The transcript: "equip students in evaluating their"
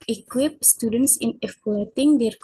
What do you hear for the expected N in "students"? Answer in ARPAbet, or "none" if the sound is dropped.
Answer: N